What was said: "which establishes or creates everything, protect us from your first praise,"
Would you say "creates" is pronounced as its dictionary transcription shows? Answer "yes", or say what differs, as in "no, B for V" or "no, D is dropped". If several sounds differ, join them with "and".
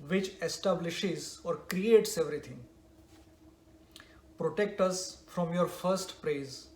yes